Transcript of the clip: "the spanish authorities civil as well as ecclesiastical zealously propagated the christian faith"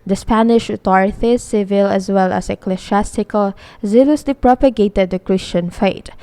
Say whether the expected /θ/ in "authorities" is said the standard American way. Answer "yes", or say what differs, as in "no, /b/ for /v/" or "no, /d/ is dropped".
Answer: no, /t/ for /θ/